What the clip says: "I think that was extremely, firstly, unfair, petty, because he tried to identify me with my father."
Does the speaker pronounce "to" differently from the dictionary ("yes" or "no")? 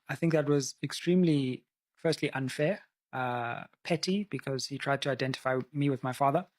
no